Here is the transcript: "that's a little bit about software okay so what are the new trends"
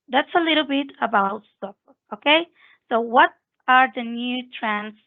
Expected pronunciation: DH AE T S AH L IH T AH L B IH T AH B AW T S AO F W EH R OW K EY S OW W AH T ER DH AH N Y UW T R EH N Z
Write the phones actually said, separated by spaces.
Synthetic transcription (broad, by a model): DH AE T S AH L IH T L B IH T AH B AW T S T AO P OW K EY S OW W AH T ER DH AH N Y UW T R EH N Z